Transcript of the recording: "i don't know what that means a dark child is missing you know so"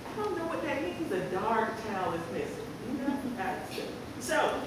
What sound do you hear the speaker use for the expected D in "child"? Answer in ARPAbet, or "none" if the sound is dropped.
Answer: none